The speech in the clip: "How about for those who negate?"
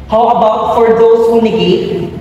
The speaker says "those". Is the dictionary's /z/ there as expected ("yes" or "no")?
no